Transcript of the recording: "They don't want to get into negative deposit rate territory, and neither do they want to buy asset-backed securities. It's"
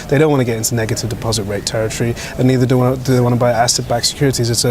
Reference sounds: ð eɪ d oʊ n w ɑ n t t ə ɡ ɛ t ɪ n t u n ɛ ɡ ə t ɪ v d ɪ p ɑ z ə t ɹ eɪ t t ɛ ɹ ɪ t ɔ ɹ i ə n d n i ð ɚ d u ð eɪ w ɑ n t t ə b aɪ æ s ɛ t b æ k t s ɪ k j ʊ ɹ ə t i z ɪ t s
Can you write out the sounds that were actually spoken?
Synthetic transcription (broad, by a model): ð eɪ d oʊ n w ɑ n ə ɡ ɛ t ɪ n t u n ɛ ɡ ə t ɪ v d ɪ p ɑ z ə t ɹ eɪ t t ɛ ɹ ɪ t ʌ ɹ i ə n n i ð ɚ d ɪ ð eɪ w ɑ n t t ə b aɪ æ s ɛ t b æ k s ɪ k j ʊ ɹ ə t i z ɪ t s